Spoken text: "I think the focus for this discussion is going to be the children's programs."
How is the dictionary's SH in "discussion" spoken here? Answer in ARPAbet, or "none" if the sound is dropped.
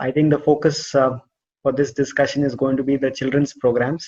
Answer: SH